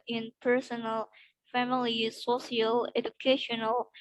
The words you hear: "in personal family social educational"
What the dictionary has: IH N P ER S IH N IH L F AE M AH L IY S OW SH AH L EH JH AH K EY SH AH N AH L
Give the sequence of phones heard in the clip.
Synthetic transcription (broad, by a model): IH N P ER S IH N IH L F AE M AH L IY S OW S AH L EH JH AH K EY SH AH N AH L